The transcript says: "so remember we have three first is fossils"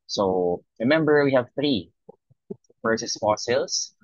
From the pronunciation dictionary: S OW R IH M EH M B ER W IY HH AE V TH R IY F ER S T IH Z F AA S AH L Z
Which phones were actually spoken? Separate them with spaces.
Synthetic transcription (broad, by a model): S OW R IH M EH M B ER W IY HH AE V TH R IY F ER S IH S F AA S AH L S